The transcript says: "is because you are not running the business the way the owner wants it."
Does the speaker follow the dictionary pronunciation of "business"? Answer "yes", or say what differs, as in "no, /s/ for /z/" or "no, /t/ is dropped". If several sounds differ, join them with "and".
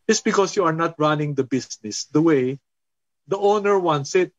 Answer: no, /s/ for /z/